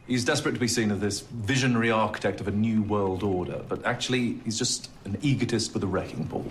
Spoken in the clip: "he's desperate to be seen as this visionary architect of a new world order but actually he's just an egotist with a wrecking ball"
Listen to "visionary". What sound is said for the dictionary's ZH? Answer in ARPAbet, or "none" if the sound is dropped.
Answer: ZH